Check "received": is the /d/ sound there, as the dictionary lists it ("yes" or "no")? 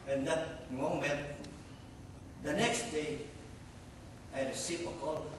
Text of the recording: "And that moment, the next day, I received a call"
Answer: no